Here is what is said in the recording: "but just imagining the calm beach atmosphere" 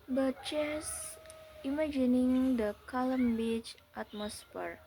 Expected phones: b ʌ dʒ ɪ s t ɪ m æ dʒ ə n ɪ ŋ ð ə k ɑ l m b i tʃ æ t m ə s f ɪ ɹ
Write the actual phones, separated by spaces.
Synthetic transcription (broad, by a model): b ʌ tʃ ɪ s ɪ m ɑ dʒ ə n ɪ ŋ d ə k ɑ l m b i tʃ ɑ t m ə s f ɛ ɹ